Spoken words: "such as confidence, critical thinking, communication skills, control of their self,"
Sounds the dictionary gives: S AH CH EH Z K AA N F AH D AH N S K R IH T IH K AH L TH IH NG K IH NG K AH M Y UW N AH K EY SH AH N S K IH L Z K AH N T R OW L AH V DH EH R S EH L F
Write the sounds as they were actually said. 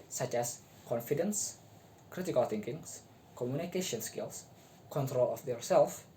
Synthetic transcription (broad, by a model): S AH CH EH S K AA N F AH D AH N S K R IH T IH K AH L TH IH NG K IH NG K AH M Y UW N AH K EY SH AH N S K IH L S K AH N T R OW L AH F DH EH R S EH L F